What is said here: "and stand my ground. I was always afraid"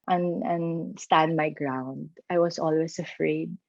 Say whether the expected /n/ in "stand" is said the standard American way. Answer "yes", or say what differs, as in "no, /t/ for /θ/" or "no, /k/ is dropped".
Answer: yes